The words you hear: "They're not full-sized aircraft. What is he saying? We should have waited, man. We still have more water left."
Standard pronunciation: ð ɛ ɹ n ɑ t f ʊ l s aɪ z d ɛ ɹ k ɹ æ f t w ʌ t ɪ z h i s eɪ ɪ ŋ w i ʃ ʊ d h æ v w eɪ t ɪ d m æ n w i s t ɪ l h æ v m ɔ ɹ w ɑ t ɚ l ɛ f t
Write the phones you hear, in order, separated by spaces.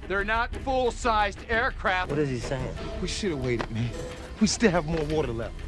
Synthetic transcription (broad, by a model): ð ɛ ɹ n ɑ t f ʊ l s aɪ z d ɛ ɹ k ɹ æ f w ʌ t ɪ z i s eɪ ɪ ŋ w i ʃ ʊ d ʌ w eɪ t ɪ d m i w i s t ɪ l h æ v m ɔ ɹ w ɑ t ɚ l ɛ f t